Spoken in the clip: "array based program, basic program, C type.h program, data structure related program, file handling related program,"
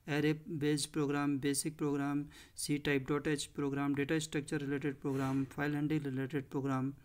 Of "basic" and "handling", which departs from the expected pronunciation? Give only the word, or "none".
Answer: handling